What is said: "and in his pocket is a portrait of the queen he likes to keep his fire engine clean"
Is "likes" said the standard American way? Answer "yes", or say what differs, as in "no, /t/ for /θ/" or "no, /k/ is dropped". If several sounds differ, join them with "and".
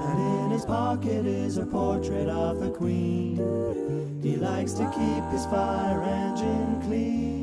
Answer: yes